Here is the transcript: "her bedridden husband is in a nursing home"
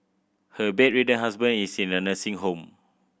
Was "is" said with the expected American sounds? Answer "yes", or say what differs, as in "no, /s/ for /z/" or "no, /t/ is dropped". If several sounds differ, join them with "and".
no, /s/ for /z/